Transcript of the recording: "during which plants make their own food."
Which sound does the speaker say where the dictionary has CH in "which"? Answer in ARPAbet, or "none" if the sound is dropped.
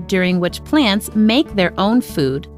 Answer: CH